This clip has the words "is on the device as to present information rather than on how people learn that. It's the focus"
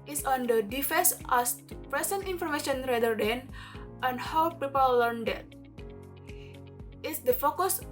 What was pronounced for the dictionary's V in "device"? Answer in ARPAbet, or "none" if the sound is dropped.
F